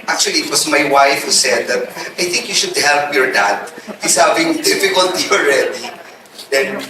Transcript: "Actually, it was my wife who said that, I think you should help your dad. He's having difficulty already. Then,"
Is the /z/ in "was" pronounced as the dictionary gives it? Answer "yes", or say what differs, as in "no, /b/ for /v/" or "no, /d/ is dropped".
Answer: no, /s/ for /z/